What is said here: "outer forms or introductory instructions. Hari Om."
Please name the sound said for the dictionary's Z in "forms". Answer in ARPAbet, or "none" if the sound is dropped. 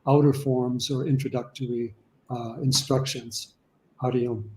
Z